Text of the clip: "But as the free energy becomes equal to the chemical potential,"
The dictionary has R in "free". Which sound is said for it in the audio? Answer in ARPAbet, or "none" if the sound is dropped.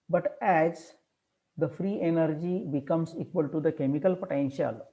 R